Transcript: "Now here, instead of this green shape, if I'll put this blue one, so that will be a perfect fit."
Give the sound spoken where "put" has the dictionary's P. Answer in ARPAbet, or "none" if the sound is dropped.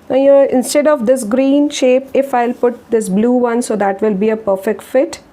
P